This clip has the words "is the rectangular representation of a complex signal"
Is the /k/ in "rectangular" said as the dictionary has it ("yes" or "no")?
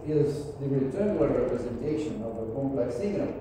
no